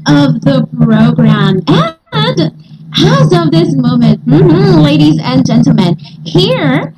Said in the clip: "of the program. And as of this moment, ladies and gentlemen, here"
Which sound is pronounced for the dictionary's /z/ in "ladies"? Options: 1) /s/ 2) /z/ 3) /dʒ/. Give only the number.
2